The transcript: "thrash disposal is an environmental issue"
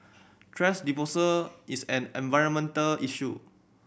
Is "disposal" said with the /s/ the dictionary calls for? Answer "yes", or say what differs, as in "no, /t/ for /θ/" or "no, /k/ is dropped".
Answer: no, /s/ is dropped